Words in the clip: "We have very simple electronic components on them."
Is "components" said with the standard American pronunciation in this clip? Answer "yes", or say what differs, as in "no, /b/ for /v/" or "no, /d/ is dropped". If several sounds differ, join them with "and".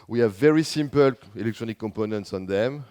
yes